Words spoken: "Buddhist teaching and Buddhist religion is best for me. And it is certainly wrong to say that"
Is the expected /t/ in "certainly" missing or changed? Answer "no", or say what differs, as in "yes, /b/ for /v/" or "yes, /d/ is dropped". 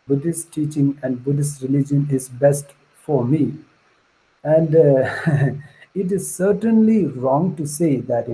no